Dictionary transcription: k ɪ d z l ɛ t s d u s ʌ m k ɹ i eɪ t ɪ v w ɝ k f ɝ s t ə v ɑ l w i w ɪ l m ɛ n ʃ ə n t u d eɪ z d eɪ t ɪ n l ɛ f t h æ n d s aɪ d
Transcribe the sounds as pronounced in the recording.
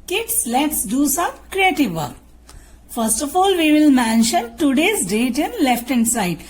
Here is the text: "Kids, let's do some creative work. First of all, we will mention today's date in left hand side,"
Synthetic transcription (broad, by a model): k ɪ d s l ɛ t s d u s ʌ m k ɹ i eɪ t ɪ v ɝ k f ɝ s t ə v ɑ l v i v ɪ l m ɛ n ʃ ə n t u d eɪ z d eɪ t ɪ n l ɛ f t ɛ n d s aɪ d